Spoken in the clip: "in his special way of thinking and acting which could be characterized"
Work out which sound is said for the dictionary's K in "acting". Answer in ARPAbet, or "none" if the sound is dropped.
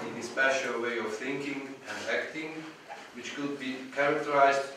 K